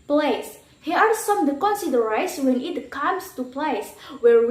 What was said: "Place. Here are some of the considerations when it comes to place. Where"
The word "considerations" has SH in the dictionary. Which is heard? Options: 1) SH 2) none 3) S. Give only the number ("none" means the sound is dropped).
2